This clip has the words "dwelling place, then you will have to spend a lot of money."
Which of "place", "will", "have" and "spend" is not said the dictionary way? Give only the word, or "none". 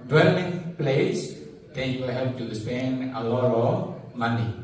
have